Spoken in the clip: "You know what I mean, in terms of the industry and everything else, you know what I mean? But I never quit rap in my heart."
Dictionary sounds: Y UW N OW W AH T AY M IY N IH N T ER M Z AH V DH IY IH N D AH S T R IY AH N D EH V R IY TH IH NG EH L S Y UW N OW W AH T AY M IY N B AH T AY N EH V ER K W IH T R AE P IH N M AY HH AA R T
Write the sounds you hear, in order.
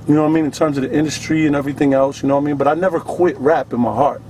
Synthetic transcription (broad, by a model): Y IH N OW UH AY M IY N IH N T ER M Z AH V DH IY IH N D AH S T R IY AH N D EH V R IY TH IH NG EH L S Y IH N OW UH AY M IY N B AH T AY N EH V ER K W IH T R AE P IH N M AY HH AA R T